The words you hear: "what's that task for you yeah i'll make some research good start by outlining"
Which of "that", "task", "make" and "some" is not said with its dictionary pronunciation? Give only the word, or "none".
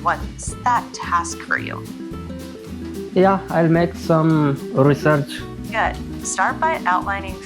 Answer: none